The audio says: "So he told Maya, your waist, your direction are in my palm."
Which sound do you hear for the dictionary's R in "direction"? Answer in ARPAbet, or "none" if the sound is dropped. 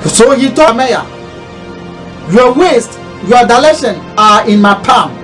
L